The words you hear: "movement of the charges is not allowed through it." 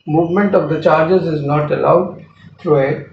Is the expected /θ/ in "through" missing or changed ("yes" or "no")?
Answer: yes